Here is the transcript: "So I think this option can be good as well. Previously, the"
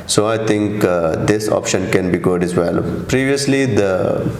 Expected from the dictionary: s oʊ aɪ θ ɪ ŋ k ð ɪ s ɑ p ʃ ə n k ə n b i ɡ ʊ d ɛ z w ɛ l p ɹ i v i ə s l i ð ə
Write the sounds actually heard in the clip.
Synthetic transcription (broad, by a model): s oʊ aɪ t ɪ ŋ k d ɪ s ɑ p ʃ ə n k ə n b i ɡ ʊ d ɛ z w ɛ l p ɹ i v i ə s l i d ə